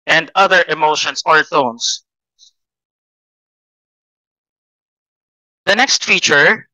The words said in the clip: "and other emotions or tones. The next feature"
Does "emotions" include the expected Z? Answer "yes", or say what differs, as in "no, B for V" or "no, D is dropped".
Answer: no, S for Z